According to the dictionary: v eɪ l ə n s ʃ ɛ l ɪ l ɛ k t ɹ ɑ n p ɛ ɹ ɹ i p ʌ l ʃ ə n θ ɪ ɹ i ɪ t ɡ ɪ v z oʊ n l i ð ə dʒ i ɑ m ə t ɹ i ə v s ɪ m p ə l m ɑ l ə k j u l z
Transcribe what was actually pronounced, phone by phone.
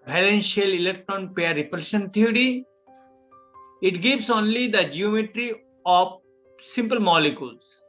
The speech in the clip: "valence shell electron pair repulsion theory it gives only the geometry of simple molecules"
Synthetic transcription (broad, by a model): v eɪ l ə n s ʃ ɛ l ɪ l ɛ k t ɹ ɑ n p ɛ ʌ ɹ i p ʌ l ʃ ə n t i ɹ i ɪ t ɡ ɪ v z oʊ n l i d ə dʒ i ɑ m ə t ɹ i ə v s ɪ m p ə l m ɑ l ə k j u l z